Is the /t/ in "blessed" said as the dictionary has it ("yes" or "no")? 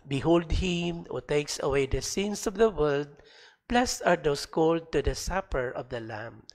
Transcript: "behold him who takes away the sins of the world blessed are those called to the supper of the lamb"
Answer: no